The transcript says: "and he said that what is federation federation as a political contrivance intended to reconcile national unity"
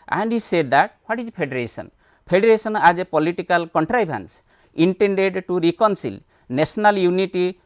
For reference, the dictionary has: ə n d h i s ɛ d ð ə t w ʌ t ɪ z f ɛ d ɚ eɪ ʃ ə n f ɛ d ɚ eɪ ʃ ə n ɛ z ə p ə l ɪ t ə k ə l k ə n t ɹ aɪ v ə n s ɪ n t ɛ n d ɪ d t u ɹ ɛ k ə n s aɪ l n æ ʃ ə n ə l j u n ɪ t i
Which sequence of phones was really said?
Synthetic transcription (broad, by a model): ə n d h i s ɛ d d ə t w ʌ t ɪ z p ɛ d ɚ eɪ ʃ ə n p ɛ d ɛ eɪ s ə n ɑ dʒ ə p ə l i t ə k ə l k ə n t ɹ aɪ b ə n s ɪ n t ɛ n d ɪ d t u ɹ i k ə n s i l n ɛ s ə n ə l j u n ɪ t i